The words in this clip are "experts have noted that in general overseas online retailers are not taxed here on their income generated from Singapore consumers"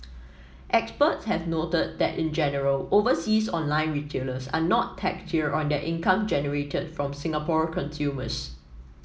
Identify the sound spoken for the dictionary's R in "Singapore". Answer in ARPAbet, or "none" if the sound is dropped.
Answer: R